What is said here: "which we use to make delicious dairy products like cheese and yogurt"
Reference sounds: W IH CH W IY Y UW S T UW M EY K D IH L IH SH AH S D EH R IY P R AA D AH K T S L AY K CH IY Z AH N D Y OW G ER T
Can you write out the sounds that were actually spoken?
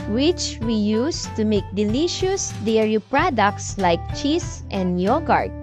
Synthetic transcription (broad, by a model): W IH CH W IY Y UW S T UW M EY K D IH L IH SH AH S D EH R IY P R AA D AH K T S L AY K CH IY S AH N D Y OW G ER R